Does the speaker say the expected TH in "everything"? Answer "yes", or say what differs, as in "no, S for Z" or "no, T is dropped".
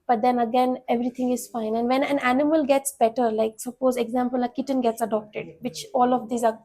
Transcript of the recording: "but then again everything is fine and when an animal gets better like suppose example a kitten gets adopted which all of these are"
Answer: no, T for TH